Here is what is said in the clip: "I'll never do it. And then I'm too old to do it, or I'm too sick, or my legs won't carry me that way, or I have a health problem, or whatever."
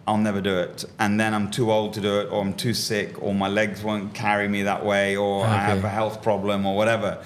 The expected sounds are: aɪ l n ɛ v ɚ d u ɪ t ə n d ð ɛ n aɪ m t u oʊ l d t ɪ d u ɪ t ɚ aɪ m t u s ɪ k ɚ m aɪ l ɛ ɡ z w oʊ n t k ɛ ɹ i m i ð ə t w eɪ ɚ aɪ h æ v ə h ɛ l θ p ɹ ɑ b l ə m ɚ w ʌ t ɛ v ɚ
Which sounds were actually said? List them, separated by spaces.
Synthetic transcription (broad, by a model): aɪ l n ɛ v ɚ d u ɪ t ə n ð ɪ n aɪ m t u oʊ l d t ɪ d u ɪ t ɚ aɪ m t u s ɪ k ɚ m aɪ l ɛ ɡ z w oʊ n k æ ɹ i m i ð ə t w eɪ ɚ aɪ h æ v ə h ɛ l θ p ɹ ɑ b l ə m ɚ w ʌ t ɛ v ɚ